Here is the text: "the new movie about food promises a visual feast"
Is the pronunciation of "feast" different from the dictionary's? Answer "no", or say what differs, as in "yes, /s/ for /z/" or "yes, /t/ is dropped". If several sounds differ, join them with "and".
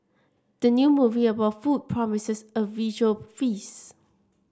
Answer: yes, /t/ is dropped